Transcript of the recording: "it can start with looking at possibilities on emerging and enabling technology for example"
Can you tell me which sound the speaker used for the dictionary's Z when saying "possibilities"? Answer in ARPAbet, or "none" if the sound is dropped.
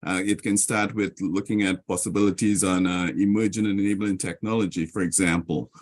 Z